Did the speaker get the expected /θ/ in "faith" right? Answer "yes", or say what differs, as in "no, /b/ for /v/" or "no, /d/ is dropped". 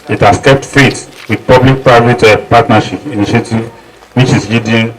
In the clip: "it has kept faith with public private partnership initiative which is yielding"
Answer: no, /t/ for /θ/